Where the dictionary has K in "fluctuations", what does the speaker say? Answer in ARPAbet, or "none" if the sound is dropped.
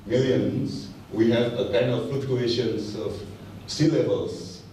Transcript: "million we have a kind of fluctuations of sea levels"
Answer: none